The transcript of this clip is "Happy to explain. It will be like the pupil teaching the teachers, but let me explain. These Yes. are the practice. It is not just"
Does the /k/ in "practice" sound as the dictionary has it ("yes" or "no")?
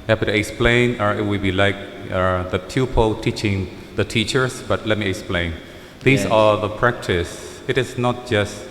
yes